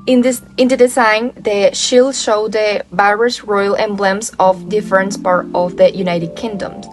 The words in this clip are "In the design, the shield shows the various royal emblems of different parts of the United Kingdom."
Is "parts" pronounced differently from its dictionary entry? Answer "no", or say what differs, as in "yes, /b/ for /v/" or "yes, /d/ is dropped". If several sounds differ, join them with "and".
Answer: yes, /s/ is dropped